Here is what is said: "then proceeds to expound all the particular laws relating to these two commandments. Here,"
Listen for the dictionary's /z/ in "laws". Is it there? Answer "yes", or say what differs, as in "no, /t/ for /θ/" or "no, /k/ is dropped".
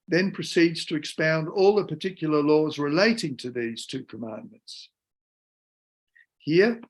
yes